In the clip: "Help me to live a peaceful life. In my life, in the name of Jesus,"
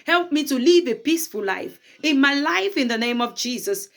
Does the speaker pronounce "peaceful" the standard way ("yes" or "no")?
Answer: yes